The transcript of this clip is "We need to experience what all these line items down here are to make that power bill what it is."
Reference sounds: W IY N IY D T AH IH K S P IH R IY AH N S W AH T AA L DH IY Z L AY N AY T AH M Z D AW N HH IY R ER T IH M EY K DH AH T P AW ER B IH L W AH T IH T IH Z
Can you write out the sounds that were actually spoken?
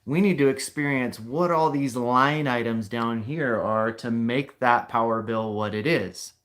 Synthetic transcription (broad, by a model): W IY N IY D T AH IH K S P IH R IY AH N S W AH T AA L DH IY Z L AY N AY T AH M Z D AW N HH IY R ER T IH M EY K DH AH T P AW ER B IH L W AH T IH T IH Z